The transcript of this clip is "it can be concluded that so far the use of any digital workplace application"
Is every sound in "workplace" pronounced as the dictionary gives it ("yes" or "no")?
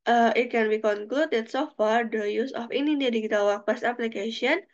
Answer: no